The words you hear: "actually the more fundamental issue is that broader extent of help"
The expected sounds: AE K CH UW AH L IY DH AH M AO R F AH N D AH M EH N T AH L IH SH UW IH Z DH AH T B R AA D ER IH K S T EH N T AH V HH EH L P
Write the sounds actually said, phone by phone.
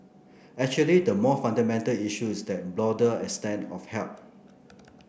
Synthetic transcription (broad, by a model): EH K CH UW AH L IY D AH M AO F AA N D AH M EH N T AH L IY SH UW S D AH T B L AA D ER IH S T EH N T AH F HH EH L P